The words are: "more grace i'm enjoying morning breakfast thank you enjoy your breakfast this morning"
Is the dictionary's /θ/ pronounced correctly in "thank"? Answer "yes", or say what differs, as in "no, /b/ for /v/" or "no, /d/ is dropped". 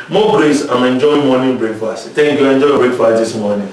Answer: no, /t/ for /θ/